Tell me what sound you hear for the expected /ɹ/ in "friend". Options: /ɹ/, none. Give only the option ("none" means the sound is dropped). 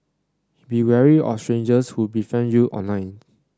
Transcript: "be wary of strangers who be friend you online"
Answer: none